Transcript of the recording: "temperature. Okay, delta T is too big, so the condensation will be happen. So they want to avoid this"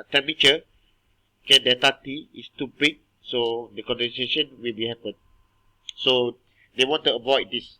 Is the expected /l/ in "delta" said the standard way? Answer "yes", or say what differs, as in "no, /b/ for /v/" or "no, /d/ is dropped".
no, /l/ is dropped